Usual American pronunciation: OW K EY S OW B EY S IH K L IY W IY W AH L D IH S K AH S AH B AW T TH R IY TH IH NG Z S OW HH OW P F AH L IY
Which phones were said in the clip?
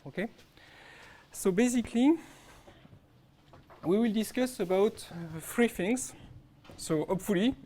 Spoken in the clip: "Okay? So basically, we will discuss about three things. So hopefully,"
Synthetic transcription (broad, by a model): OW K EY S OW B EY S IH K L IY W IY W AH L D IH S K AH S AH B AW T F R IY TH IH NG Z S OW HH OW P F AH L IY